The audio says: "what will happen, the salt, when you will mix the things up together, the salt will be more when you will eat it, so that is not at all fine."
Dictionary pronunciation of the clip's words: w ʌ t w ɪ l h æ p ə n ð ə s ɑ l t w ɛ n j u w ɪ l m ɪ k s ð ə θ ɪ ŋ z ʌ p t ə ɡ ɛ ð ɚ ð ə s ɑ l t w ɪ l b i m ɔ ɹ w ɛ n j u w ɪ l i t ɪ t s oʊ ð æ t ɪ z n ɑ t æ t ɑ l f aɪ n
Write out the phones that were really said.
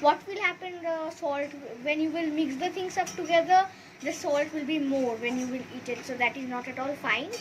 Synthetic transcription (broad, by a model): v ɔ t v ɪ l h æ p ə n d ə s ɑ l t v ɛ n j u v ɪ l m ɪ k s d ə t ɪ ŋ s ʌ p t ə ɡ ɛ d ɚ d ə s ɑ l t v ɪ l b i m ɔ ɹ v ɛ n j u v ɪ l i t ɪ t s oʊ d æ t ɪ z n ɑ t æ t ɑ l f aɪ n